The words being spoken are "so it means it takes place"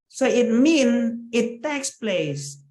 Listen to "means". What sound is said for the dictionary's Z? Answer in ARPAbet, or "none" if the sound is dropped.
none